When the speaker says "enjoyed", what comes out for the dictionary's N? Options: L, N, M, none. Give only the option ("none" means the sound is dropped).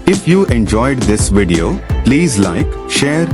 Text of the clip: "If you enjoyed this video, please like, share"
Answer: N